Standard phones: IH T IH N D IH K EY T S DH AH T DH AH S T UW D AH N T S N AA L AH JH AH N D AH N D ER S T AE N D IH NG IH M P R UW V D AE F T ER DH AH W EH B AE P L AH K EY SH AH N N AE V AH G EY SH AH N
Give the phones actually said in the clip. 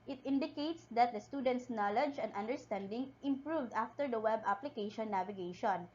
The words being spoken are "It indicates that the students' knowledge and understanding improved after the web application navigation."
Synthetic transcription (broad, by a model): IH T IH N D IH K EY T S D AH T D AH S T UW D AH N T S N AA L AH JH AH N D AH N D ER S T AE N D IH NG IH M P R UW V D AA F T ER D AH W EH B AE P L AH K EY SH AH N N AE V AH G EY SH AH N